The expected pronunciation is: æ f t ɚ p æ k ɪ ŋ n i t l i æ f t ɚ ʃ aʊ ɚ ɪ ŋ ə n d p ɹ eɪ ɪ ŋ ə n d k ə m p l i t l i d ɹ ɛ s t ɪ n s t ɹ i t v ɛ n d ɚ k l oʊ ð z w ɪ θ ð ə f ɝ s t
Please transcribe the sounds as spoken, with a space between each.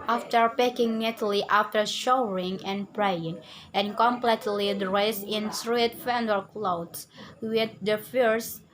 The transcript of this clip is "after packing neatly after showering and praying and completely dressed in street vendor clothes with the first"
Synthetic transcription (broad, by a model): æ f t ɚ p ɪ k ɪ ŋ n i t l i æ f t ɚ ʃ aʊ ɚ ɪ ŋ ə n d p ɹ eɪ ɪ ŋ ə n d k ə m p l i t l i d ɹ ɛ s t ɪ n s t ɹ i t f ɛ n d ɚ k l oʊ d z w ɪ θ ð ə f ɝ s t